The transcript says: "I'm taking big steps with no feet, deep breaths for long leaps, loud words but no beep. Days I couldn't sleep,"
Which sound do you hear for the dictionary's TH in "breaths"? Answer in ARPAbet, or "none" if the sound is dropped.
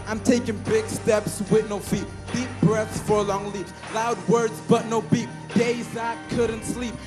TH